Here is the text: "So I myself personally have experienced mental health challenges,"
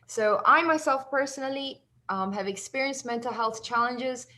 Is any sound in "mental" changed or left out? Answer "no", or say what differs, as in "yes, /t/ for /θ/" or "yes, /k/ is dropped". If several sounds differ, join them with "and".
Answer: no